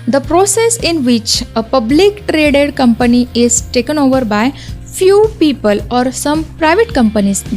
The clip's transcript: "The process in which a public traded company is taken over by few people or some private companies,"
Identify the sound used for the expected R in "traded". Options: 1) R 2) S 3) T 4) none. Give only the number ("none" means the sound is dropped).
1